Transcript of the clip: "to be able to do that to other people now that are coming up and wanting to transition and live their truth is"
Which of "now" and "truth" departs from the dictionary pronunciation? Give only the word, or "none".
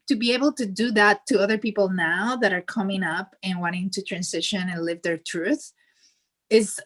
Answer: none